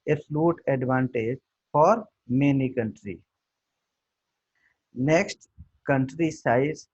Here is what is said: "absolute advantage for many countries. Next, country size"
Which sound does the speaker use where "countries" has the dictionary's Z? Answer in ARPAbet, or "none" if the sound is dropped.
none